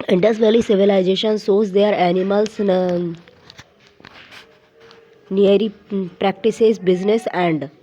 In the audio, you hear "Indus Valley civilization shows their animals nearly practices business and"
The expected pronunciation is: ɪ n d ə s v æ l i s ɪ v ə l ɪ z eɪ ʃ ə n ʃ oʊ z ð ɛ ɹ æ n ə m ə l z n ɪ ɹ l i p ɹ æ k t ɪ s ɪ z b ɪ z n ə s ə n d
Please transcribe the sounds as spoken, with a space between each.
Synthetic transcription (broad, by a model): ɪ n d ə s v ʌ l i s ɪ v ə l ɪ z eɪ ʃ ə n s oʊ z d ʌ ɹ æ n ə m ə l s n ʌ ɹ i p ɹ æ k t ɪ s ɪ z b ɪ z n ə s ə n d